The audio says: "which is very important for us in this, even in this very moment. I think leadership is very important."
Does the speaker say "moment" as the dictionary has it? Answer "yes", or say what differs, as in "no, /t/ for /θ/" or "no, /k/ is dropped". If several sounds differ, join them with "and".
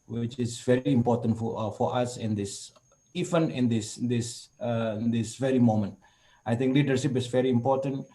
yes